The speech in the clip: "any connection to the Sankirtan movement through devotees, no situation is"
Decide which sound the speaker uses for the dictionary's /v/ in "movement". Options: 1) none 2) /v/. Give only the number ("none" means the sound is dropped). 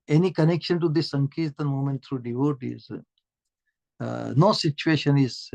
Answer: 1